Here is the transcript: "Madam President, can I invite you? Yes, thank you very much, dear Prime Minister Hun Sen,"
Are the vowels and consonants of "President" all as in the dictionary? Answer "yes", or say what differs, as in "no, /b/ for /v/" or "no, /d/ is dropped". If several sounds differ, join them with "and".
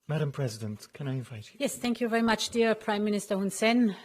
yes